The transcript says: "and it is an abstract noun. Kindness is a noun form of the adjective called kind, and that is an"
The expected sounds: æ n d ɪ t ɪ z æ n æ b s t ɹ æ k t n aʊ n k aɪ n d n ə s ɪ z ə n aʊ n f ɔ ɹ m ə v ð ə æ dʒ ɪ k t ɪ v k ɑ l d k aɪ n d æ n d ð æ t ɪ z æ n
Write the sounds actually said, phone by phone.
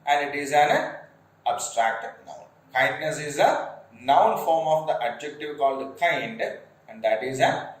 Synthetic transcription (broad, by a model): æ n d ɪ t ɪ z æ n æ b s t ɹ æ k t n aʊ n k aɪ n d n ə s ɪ z ə n aʊ n f ɔ ɹ m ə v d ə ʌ dʒ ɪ k t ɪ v k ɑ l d k aɪ n d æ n d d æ t ɪ z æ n